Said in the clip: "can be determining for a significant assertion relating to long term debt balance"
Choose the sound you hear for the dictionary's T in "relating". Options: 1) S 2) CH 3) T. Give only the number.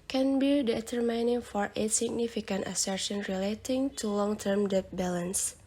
3